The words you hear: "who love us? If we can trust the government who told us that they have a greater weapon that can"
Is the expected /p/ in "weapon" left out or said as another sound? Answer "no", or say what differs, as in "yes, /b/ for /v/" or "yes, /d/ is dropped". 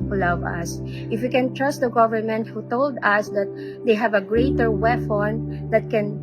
yes, /f/ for /p/